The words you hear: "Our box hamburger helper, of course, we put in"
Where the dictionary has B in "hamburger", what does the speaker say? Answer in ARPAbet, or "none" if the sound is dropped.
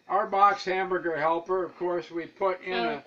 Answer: B